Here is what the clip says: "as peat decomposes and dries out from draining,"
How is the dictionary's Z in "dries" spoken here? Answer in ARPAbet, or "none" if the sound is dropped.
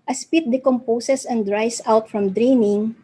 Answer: S